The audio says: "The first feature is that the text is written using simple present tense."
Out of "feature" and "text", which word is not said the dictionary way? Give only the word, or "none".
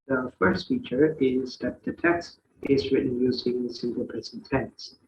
none